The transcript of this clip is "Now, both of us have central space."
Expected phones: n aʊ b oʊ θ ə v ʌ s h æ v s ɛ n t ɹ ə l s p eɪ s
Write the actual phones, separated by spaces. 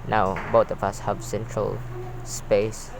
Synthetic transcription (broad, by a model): n aʊ b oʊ t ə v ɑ s h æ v s ɛ n t ɹ ə l s p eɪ s